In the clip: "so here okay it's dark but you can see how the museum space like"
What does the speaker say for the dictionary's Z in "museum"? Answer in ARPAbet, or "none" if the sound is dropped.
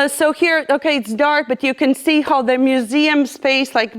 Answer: Z